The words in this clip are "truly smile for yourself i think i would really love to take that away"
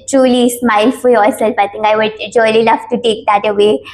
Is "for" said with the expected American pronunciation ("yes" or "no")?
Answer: no